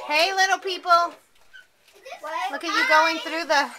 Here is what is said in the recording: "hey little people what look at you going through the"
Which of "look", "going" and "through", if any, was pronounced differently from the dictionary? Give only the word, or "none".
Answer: none